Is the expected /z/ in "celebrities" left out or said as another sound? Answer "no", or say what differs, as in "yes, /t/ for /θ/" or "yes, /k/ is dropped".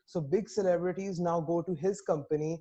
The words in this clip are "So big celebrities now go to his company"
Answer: no